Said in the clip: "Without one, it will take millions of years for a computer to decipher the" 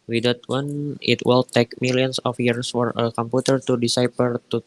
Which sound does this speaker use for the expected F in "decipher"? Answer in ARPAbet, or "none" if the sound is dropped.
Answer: P